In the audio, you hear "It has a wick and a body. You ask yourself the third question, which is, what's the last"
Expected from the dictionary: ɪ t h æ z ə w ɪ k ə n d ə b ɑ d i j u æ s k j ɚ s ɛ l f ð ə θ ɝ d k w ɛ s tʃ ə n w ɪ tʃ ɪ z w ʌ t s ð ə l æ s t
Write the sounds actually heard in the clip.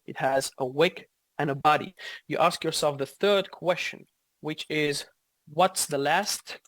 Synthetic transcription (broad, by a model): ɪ t h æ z ə w ɪ k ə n ə b ɑ d i j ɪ æ s k j ɚ s ɛ l f ð ə θ ɝ d k w ɛ s tʃ ə n w ɪ tʃ ɪ z w ʌ t s ð ə l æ s t